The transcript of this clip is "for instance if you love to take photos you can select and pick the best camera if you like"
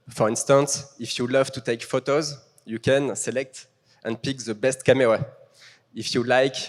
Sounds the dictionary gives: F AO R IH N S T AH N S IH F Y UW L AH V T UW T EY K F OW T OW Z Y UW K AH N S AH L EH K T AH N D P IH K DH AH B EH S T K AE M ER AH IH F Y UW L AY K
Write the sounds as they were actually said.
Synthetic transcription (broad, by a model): F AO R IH N S T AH N S IH F Y UW L AH V T UW T EY K F OW T OW Z Y UW K AH N S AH L EH K T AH N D P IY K DH AH B EH S T K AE M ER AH IH F Y UW L AY K